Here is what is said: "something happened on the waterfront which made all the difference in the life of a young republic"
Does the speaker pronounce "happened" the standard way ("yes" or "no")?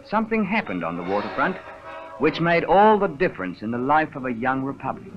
yes